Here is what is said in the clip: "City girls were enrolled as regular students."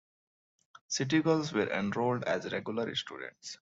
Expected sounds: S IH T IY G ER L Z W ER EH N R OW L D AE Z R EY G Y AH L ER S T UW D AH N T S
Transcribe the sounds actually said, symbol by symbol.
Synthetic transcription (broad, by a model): S IH T IY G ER L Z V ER EH N R OW L D AE Z R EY G Y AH L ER S T UW D AH N T S